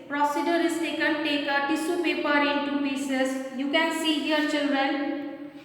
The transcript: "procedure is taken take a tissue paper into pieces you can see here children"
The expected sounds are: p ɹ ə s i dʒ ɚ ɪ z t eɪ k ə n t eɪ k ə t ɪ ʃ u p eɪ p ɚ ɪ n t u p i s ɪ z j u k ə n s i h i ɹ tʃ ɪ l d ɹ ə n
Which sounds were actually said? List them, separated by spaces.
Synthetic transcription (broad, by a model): p ɹ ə s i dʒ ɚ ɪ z t eɪ k ə n t eɪ k ə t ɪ s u p eɪ p ɚ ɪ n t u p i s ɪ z j u k ə n s i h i ɹ tʃ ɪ l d ɹ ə n